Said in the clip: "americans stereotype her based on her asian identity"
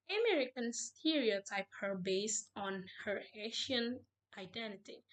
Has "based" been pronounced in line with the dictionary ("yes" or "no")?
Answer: yes